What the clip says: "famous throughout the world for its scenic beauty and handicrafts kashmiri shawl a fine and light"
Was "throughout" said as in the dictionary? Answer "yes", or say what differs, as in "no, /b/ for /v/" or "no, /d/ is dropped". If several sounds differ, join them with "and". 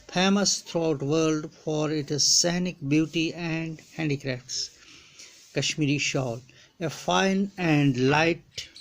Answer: no, /t/ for /θ/